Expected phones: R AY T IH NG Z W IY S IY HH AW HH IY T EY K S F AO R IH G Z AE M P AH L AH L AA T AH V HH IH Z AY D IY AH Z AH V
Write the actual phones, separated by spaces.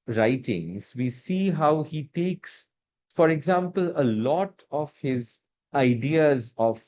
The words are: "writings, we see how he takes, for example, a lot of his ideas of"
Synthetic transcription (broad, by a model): R AY T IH NG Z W IY S IY HH AW HH IY T EY K S F AO R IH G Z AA M P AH L AH L AA T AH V HH IH Z AY D IY AH Z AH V